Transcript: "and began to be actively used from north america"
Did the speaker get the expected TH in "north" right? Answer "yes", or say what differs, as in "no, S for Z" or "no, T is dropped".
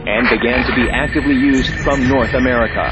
yes